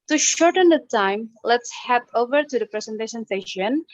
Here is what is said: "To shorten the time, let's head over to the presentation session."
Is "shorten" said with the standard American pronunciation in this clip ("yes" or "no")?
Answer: yes